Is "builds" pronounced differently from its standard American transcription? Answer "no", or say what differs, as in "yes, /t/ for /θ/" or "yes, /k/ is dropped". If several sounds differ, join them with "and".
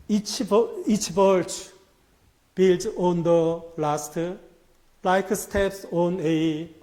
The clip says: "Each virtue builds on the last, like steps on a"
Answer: yes, /z/ is dropped